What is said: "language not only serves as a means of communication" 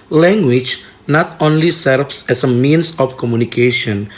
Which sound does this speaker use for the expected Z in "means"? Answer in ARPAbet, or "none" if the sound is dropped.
S